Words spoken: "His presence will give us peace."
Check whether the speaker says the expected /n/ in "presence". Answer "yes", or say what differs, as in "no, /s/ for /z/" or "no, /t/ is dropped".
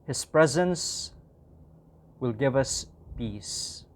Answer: yes